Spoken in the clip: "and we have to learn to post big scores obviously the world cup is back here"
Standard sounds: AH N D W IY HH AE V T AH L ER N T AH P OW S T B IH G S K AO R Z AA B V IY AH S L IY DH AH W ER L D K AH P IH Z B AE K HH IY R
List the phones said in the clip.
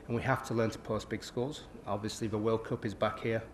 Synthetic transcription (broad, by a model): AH N W IY HH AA F T AH L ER N T AH P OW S B IH G S K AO L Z AA B V IY AH S L IY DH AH W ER L K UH P IH Z B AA K HH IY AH